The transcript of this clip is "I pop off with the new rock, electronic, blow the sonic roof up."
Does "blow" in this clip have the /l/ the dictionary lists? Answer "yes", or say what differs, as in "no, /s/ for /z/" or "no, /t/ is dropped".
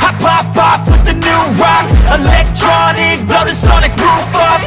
no, /l/ is dropped